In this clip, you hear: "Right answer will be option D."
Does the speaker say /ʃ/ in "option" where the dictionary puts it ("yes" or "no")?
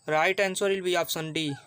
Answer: no